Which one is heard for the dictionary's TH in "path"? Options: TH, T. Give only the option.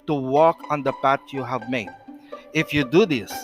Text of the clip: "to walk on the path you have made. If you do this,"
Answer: T